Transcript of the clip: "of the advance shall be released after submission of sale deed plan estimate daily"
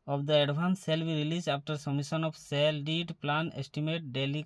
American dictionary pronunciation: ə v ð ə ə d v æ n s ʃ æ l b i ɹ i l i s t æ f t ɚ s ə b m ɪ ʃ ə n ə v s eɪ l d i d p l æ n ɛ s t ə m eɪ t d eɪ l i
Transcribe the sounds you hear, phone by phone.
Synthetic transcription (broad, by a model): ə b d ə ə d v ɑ n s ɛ l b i ɹ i l i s ɑ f t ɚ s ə m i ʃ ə n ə b s eɪ l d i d p l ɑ n ɛ s t ə m eɪ t d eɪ l i